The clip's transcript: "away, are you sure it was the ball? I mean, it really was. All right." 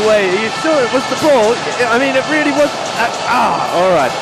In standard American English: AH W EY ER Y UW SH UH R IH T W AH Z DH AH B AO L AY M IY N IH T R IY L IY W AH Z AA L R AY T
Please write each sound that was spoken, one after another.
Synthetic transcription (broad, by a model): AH W EY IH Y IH S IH L IH T W AH Z DH AH B AO L AY M IY N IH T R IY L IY W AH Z AA L R AY T